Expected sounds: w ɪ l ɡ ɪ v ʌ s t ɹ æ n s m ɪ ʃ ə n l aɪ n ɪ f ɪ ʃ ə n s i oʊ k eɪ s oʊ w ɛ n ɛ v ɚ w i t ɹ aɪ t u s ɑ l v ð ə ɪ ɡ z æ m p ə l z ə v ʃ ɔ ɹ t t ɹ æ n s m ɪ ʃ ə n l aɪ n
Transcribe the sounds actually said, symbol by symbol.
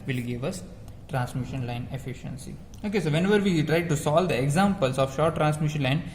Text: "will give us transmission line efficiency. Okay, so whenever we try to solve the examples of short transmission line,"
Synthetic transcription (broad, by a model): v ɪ l ɡ ɪ v ʌ s t ɹ æ n s m ɪ ʃ ə n l aɪ n ɪ f ɪ ʃ ə n s i oʊ k eɪ s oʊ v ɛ n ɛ v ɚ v i t ɹ aɪ t u s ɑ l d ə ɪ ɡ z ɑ m p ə l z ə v ʃ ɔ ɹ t t ɹ æ n s m ɪ ʃ ə n l aɪ n